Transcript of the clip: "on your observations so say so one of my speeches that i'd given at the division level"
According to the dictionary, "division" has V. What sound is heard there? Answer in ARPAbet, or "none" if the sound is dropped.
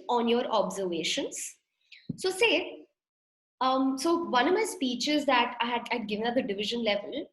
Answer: V